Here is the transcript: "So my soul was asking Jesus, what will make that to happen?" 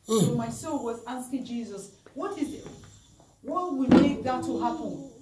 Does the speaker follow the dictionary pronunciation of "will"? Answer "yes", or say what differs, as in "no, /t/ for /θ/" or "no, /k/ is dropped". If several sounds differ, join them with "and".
no, /w/ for /l/